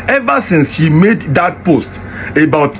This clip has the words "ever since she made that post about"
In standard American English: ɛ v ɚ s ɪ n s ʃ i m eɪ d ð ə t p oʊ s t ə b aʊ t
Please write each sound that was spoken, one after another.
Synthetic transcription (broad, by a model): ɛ v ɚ s ɪ n s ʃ i m eɪ d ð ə t p oʊ s t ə b aʊ t